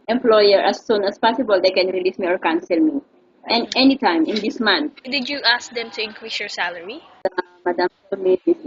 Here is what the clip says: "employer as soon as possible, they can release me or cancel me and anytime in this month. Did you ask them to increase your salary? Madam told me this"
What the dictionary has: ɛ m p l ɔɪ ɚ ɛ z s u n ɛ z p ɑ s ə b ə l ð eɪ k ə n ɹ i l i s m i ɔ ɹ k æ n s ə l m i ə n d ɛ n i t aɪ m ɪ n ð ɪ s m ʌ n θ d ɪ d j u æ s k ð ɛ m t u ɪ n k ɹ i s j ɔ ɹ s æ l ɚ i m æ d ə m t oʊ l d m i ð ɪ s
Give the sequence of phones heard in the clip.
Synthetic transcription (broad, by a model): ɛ m p l ɔɪ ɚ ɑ s u n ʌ s p ɑ s ə b ə l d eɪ k ə n ɹ i l i s m i ɔ ɹ k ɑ n s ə l m i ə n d ɛ n i t aɪ m ɪ n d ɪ s m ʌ n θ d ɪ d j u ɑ s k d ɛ m t u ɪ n k ɹ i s j ɔ ɹ s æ l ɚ i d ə m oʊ d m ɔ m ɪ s